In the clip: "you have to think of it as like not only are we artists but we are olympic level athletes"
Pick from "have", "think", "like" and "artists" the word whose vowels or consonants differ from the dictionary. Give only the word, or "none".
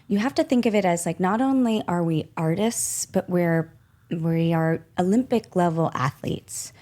have